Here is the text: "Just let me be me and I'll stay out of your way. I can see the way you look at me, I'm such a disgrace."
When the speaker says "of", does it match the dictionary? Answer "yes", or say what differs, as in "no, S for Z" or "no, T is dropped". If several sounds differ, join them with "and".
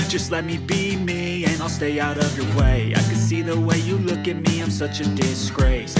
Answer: yes